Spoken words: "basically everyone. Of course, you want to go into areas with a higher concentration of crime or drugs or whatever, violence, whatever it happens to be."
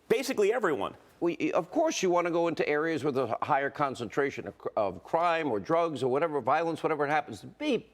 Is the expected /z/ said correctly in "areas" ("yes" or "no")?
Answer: yes